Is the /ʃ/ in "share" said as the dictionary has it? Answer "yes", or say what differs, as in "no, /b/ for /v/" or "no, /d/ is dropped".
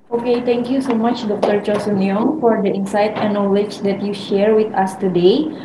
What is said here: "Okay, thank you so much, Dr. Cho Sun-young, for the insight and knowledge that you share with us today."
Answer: yes